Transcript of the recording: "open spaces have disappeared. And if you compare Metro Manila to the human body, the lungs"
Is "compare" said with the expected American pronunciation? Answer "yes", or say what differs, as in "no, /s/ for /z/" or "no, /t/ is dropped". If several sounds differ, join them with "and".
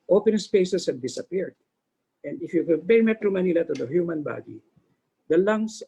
no, /m/ is dropped